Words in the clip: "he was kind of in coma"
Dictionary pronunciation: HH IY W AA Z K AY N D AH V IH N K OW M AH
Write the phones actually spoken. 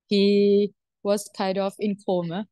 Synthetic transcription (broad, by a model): HH IY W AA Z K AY D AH F IH N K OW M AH